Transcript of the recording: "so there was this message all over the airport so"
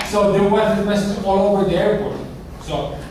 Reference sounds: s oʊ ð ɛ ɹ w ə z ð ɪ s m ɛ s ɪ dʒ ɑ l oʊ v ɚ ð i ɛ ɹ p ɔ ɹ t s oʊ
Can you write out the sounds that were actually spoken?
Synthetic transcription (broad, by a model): s oʊ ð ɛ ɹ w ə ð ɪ m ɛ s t ɑ l oʊ v ɚ ð i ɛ ɹ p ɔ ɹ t s oʊ